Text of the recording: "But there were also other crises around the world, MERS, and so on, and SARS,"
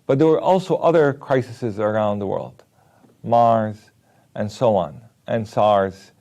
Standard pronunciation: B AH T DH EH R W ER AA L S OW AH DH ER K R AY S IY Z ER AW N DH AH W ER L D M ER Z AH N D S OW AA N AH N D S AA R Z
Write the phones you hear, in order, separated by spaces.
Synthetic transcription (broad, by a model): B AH T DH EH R W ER AA L S OW AH DH ER K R AY S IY Z ER AW N DH AH W ER L D M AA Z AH N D S OW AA N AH N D S AA R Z